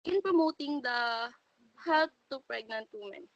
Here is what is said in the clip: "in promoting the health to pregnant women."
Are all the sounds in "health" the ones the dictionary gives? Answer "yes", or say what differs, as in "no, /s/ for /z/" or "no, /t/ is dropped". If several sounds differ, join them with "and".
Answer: no, /t/ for /θ/